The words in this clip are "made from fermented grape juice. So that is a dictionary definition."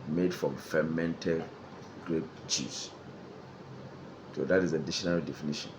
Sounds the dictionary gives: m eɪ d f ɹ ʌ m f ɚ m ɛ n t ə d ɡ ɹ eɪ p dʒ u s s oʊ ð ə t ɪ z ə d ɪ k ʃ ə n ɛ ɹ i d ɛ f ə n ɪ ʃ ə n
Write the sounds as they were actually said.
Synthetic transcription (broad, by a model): m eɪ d f ɹ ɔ m f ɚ m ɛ n t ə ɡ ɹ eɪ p tʃ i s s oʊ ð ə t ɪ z ə d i ʃ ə n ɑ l d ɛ f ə n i ʃ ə n